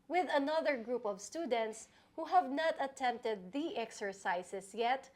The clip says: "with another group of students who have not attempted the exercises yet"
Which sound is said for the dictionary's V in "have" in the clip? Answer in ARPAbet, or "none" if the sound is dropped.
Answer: V